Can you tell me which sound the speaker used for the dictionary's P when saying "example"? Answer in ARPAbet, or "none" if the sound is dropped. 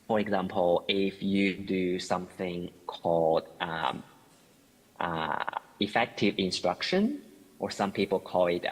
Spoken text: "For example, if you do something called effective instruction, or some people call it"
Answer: P